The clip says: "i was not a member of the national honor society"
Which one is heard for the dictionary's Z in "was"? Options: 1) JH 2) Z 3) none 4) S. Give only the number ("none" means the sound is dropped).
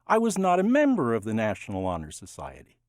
2